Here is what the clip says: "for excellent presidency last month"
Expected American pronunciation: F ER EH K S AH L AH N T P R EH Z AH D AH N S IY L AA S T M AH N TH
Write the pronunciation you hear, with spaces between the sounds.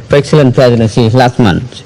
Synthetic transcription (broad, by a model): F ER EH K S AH L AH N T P EH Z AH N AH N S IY L AA S T M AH N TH